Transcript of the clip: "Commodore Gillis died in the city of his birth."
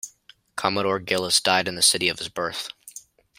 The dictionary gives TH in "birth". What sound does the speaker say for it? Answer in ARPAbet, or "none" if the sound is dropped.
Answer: TH